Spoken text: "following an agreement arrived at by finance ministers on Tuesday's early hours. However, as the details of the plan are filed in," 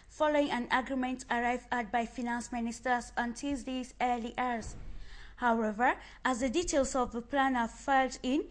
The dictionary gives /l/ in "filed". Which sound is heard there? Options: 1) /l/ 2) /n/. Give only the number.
1